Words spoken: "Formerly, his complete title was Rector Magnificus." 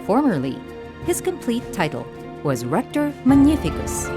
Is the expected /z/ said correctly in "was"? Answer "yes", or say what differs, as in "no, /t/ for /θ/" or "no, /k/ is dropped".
yes